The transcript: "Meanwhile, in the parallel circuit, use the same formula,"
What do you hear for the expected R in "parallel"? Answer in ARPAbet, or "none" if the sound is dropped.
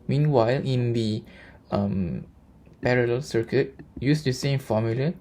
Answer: R